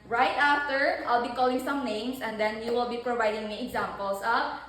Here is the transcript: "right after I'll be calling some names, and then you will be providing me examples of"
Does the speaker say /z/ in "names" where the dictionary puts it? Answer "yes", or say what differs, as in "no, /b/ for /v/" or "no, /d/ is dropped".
no, /s/ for /z/